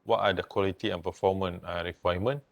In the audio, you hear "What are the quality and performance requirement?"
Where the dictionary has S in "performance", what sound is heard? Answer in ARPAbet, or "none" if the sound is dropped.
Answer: none